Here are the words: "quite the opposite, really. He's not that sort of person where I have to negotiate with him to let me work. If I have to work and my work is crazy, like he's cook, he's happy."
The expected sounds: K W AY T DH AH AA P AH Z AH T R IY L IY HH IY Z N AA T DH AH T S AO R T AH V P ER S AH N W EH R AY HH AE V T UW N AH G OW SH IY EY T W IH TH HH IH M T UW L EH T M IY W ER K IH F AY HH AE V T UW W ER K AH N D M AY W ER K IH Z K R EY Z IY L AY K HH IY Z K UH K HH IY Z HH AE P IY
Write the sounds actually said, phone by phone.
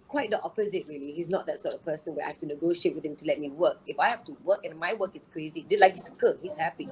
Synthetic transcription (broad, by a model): K W AY T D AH AA P AH Z AH T R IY L IY HH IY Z N AA T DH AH T S AO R T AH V P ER S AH N W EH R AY HH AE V T UW N AH G OW SH IY EY T W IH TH HH IH M T UW L EH T M IY W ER K IH F AY HH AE F T UW W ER K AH N M AY W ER K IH S K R EY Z IY L AY K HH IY S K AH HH IY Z HH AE P IY